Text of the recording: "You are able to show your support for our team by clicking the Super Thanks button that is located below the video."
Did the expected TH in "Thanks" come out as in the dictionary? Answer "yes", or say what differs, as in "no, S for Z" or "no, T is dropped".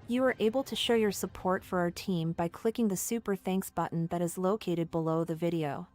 yes